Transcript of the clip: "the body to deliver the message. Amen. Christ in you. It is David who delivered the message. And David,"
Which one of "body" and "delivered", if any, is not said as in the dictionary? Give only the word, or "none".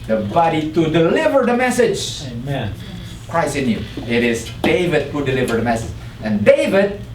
none